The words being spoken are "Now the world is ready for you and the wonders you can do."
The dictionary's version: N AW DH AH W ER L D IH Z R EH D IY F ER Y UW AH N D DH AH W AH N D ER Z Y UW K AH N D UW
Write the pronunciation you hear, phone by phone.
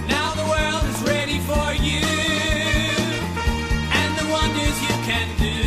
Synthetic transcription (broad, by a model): N AW DH AH W ER L D IH Z R EH D IY F ER Y UW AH N DH AH W AH N D ER Z Y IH K AH N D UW